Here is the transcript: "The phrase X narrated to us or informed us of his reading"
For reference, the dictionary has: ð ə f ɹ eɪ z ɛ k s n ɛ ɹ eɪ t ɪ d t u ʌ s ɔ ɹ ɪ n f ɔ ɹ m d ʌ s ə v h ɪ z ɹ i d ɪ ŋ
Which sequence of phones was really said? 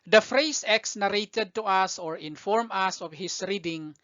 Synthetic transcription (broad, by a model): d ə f ɹ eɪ s ɛ k s n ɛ ɹ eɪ t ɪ d t u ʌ s ɔ ɹ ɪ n f ɔ ɹ m ʌ s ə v h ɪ s ɹ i d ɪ ŋ